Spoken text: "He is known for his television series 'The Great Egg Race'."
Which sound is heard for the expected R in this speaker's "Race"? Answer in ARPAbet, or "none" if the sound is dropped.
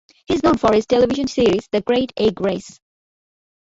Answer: R